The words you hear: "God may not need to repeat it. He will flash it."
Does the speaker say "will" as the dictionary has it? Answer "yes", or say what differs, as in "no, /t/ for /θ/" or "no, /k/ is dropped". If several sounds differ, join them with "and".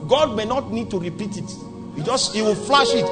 no, /w/ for /l/